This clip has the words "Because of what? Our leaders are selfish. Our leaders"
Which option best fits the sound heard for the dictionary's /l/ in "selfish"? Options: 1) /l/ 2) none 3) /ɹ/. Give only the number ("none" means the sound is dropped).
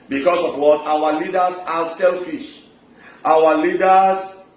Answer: 1